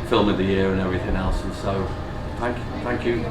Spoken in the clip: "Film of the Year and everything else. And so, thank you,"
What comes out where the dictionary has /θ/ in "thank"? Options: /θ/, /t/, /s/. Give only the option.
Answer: /θ/